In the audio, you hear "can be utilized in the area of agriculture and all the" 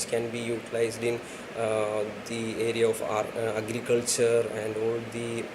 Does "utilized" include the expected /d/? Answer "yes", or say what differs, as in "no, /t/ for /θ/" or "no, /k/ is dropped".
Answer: yes